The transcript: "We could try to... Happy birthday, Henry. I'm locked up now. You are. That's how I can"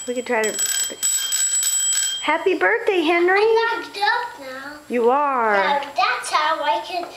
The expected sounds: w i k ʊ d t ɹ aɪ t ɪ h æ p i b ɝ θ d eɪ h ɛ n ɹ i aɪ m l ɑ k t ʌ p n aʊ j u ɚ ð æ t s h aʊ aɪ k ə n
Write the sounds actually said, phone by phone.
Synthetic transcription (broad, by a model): w i k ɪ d t ɹ aɪ t ɪ h æ p i b ɝ θ d eɪ h ɛ n ɹ i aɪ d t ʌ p n aʊ j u ɚ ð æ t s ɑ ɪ aɪ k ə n